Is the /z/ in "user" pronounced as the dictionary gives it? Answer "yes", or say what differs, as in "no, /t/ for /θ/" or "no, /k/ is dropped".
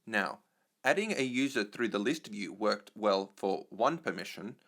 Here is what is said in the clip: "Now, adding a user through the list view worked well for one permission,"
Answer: yes